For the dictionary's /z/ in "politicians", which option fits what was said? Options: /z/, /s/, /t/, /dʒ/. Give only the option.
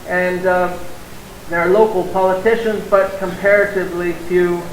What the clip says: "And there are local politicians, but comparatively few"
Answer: /z/